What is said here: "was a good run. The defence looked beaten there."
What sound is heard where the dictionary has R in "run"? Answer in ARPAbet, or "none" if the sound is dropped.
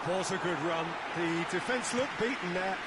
R